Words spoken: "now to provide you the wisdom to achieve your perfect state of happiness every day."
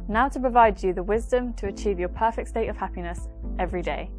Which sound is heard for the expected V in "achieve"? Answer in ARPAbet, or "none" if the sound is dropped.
V